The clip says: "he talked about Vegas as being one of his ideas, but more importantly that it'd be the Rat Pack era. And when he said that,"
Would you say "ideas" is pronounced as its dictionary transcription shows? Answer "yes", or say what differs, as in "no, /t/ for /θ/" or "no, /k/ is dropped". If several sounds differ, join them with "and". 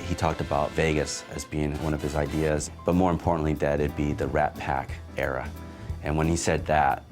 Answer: yes